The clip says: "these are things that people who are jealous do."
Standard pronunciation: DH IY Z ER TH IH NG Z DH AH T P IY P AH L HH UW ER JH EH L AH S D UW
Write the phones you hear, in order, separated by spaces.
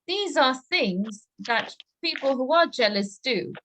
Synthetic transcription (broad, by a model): DH IY Z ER TH IH NG Z DH AH T P IY P AH L HH UW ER JH EH L AH S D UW